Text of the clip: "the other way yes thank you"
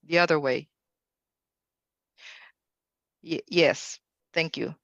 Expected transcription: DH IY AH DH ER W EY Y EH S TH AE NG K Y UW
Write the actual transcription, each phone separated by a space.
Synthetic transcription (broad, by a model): DH IY AH DH ER W EY Y EH S TH AE NG K Y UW